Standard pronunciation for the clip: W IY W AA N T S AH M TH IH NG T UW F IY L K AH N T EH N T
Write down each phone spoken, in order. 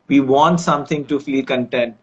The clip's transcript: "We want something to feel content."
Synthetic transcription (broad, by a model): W IY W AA N T S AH M T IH NG T UW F IY K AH N T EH N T